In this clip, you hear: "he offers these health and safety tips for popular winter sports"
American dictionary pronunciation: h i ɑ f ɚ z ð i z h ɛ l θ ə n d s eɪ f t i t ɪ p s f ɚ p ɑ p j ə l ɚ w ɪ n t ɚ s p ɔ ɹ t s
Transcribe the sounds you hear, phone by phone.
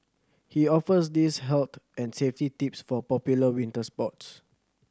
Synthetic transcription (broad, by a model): h i ɑ f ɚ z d i s h ɛ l t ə n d s eɪ f t i t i p s f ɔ p ɑ p j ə l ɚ w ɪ n t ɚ s p ɔ t s